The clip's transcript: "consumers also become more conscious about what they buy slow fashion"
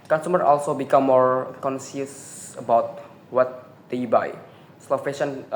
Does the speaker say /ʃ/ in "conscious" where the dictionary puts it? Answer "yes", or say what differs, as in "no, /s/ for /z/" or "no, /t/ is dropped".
no, /s/ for /ʃ/